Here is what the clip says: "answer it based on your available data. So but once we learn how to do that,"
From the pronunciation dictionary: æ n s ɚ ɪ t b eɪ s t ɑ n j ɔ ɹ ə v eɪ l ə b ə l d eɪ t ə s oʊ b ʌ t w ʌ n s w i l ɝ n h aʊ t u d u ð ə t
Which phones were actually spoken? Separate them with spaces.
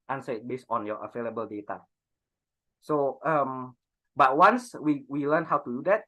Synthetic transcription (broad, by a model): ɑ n s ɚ ɪ t b eɪ s t ɑ n j ɔ ɹ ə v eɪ l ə b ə l d eɪ t ə s oʊ b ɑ t w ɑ n s w i l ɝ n h aʊ t u d u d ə t